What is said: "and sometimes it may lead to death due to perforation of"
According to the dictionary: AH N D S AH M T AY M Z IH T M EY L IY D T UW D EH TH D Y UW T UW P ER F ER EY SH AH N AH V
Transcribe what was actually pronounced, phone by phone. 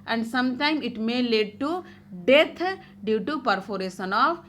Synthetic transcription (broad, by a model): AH N D S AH M T AY M IH T M EY L IY D T UW D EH T D Y UW T UW P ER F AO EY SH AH N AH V